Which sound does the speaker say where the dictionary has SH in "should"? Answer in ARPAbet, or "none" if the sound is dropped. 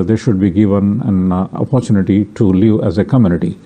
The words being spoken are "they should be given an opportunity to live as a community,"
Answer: SH